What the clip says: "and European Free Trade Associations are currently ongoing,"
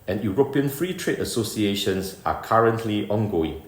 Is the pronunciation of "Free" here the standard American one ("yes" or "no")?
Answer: yes